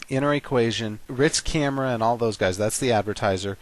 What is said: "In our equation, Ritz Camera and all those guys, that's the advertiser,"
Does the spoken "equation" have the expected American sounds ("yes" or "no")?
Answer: yes